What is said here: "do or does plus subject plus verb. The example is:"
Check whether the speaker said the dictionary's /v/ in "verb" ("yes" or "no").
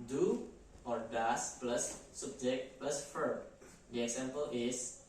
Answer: no